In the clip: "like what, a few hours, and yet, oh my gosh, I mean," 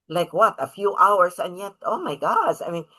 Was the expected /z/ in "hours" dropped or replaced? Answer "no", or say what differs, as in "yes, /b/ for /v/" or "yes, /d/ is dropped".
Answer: yes, /s/ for /z/